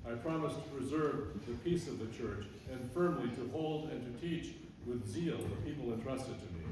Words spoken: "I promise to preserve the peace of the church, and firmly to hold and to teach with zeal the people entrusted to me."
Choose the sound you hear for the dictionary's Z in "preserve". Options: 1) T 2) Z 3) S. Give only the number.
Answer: 2